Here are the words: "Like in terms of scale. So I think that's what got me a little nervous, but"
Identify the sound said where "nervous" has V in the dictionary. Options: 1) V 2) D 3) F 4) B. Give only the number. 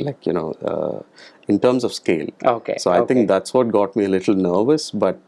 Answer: 1